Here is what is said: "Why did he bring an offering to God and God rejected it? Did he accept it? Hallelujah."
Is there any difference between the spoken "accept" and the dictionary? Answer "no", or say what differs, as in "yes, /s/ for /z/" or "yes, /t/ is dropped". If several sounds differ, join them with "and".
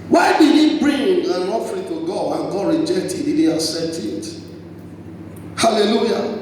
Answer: yes, /k/ is dropped